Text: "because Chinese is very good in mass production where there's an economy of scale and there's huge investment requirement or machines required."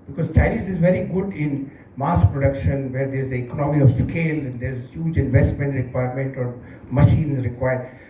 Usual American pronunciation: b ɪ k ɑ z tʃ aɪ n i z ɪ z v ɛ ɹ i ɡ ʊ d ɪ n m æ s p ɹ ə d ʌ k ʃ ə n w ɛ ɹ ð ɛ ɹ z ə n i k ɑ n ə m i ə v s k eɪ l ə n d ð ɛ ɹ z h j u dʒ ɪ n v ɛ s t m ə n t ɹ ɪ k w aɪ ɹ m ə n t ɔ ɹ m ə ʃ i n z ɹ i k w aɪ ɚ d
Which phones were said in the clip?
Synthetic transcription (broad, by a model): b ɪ k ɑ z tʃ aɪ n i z ɪ z v ɛ ɹ i ɡ ʊ d ɪ n m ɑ s p ɹ ə d ʌ k ʃ ə n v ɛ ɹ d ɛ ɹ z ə i k ɑ n ə m i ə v s k eɪ l ə n d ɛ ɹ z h j u dʒ ɪ n v ɛ s t m ə n t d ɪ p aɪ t m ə n t ɔ ɹ m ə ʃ i n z ɹ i k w aɪ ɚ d